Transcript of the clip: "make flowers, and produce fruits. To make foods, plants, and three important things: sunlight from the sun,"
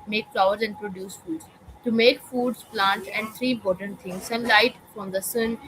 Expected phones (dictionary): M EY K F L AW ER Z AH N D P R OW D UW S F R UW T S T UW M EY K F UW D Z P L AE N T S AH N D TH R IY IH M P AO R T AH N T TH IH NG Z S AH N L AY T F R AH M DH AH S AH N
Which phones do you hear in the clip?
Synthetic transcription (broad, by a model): M EY K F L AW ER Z AH N D P R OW D UW S F UW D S T UW M EY K F UW D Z P L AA N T AH N D T R IY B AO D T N T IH NG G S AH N L AY T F R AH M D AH S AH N